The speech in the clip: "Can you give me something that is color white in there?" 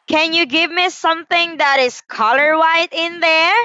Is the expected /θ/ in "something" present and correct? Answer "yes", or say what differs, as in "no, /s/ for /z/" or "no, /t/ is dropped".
yes